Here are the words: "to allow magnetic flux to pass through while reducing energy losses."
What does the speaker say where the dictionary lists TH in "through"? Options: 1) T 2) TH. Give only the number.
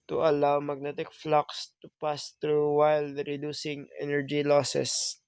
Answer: 1